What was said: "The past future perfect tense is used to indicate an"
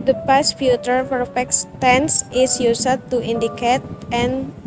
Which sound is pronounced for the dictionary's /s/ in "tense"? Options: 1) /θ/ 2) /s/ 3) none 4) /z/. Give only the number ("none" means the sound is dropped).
2